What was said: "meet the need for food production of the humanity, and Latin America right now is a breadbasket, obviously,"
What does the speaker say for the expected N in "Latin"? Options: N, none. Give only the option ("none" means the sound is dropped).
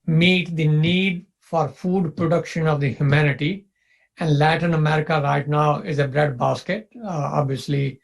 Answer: N